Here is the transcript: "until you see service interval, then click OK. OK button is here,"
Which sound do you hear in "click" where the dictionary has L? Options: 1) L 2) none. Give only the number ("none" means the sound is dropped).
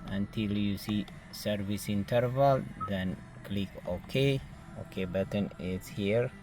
1